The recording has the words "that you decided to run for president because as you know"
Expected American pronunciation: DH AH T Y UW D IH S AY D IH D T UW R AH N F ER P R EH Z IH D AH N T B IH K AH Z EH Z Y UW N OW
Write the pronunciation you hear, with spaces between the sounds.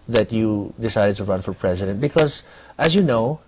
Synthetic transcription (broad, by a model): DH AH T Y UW D IH S AY D IH D T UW R AH N F ER P R EH Z IH D AH N T B IH K AH Z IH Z Y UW N OW